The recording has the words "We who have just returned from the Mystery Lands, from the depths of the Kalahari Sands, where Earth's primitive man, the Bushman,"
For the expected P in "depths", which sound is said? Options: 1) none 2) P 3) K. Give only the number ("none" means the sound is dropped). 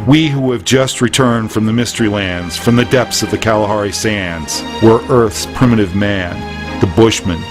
2